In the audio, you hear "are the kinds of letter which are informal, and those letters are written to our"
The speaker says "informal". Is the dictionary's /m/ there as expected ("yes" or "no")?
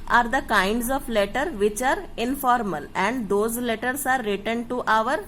yes